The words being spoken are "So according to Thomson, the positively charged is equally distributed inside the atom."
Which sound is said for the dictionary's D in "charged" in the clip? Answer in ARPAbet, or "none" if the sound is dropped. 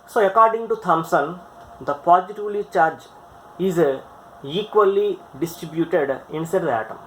none